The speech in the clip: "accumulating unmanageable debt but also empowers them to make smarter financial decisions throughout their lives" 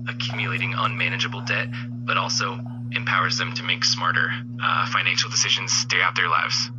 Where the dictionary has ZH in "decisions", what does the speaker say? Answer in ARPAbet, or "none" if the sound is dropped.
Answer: ZH